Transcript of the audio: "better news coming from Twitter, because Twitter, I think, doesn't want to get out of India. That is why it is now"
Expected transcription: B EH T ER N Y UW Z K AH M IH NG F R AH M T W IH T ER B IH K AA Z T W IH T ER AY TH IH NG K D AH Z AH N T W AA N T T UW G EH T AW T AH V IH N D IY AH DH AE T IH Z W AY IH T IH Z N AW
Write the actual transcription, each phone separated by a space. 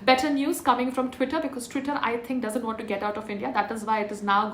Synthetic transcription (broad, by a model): B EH T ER N Y UW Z K AH M IH NG F R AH M T W IH T ER B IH K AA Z T W IH T ER AY T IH NG K D AH Z AH N T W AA N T T UW G EH T AW T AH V IH N D IY AH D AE T IH Z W AY IH T IH Z N AW